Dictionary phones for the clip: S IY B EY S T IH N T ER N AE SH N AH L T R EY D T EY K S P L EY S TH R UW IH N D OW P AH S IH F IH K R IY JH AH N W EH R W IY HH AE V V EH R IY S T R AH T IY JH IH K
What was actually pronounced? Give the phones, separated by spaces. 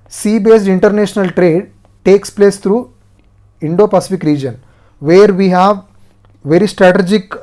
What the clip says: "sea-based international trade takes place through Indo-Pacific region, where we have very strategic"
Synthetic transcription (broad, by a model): S IY B EY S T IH N T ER N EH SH N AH L T R EY D T EY K S P L EY S T R UW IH N D OW P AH S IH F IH K R IY JH AH N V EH R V IY HH AE V V EH R IY S T R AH T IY JH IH K